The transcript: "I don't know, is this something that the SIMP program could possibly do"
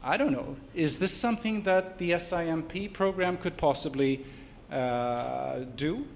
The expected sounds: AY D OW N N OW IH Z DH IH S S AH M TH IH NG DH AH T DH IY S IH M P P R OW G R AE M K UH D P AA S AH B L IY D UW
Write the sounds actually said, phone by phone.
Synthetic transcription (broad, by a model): AY D OW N N OW IH Z DH IH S S AH M TH IH NG DH AH T DH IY S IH M P P R OW G R AE M K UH D P AA S AH B L IY D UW